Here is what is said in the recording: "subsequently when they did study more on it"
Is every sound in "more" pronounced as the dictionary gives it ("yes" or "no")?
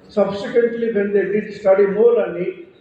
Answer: no